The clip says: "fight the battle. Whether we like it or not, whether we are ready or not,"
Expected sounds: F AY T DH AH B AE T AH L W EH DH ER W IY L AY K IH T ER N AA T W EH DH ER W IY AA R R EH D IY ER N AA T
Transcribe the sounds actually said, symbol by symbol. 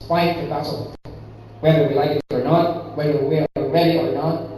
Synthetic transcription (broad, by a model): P AY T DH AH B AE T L W EH DH ER W IY L AY K IH T ER N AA T W EH DH ER W IY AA L R EH D IY ER N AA T